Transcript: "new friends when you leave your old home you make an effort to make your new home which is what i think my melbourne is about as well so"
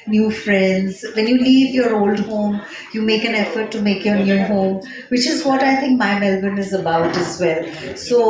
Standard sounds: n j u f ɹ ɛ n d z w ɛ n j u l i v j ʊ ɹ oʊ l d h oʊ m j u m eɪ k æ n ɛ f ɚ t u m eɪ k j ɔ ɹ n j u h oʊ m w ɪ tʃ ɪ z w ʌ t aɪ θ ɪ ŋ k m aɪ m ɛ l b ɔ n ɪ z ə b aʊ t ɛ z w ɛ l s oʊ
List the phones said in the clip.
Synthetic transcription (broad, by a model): n j u f ɹ ɛ n d z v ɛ n j u l i v j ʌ ɹ oʊ l d h oʊ m j u m eɪ k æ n ɛ f ɚ t u m eɪ k j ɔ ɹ n j u h oʊ m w ɪ tʃ ɪ z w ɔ t aɪ t ɪ ŋ k m aɪ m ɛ l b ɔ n ɪ z ə b aʊ t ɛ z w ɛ l s oʊ